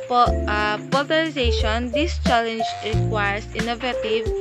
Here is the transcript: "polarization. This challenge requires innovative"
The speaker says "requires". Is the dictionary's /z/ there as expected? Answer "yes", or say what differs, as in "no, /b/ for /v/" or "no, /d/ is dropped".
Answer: no, /s/ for /z/